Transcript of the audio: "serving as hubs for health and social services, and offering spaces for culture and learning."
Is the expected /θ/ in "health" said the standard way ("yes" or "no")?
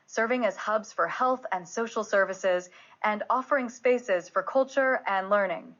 yes